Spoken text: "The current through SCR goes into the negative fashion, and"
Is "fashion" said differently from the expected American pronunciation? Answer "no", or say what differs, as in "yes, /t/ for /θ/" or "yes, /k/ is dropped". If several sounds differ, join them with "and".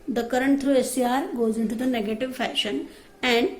no